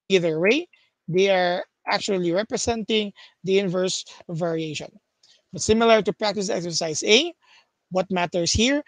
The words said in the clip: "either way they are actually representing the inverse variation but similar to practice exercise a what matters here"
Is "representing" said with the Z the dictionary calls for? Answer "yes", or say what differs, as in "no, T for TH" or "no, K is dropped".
no, S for Z